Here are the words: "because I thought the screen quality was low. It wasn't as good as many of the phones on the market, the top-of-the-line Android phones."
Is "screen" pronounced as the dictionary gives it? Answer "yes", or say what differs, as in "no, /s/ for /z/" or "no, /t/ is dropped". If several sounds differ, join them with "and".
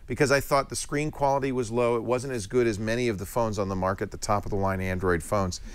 yes